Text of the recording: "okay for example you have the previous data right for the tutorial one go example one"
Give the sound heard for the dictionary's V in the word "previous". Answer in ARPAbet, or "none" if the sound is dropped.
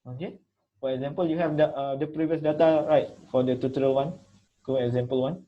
V